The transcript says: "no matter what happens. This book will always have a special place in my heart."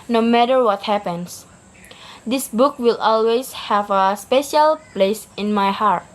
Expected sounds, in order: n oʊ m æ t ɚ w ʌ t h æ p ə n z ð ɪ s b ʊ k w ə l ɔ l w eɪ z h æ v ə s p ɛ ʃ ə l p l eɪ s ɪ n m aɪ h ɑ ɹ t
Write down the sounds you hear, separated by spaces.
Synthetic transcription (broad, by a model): n oʊ m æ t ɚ w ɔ t h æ p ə n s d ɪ s b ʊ k w ə l ɔ l w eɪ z h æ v ə s p ɛ ʃ ə l p l eɪ s ɪ n m aɪ h ɑ ɹ t